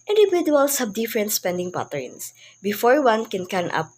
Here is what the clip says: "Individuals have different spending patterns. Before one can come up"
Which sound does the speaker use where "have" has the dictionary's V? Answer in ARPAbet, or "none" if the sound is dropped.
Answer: B